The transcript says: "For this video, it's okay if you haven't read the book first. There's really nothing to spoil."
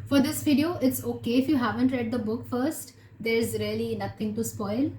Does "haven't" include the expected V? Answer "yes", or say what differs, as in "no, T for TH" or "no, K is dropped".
yes